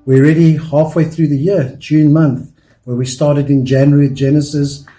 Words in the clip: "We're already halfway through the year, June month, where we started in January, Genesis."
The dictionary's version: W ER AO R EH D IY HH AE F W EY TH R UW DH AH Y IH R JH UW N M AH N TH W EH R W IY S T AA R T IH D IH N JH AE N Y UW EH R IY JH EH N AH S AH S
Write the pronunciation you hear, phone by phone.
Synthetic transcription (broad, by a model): W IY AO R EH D IY HH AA F W EY TH R UW DH AH Y IH R JH UW N M AH N TH W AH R W IY S T AA R T IH D IH N JH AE N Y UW R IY JH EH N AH S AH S